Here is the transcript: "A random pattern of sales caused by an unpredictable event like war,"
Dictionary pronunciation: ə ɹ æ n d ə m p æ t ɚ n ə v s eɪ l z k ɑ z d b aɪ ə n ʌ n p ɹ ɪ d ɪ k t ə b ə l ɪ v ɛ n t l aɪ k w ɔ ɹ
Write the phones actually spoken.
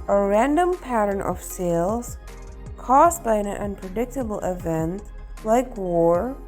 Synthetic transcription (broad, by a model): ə ɹ æ n d ə m p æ t ɚ n ə v s eɪ l z k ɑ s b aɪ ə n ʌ n p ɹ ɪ d ɪ k t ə b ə l ɪ v ɛ n t l aɪ k w ɔ ɹ